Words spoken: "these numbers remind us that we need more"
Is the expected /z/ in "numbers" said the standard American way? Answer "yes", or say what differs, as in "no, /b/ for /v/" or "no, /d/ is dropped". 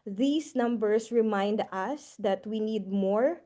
no, /s/ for /z/